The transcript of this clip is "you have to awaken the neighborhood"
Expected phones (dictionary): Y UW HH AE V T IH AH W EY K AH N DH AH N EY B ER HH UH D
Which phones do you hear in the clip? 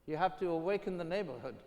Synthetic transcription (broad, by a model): Y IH HH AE F T IH AH W EY K AH N DH AH N EY B ER HH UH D